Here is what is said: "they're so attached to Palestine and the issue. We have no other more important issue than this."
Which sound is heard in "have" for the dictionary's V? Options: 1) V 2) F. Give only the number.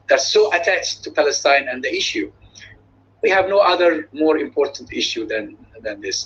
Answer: 1